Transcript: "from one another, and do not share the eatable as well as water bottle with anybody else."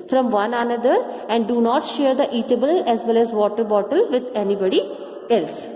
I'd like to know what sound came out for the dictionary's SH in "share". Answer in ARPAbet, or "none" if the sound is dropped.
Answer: SH